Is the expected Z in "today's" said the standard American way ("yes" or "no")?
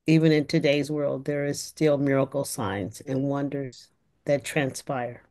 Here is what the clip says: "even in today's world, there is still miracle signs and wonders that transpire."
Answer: yes